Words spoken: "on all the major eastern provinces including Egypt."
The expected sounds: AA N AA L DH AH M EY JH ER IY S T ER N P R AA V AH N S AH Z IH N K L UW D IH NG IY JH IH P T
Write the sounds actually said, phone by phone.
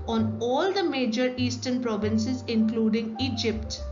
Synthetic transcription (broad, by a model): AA N AA L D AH M EY JH ER IY S T ER N P R AA V AH N S AH Z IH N K L UW D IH NG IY JH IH P T